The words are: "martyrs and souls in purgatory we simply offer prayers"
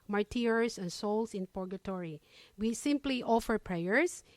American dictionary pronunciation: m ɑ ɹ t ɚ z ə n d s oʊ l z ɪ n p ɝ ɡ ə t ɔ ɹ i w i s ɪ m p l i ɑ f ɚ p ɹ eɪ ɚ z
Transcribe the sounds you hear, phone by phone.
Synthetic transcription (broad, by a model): m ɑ ɹ t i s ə n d s oʊ l s ɪ n p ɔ ɡ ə t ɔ ɹ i w i s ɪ m p l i ɑ f ɚ p ɹ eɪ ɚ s